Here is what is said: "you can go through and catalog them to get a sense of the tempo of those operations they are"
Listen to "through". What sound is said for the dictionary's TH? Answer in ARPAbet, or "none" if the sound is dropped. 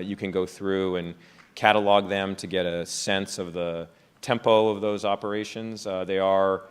TH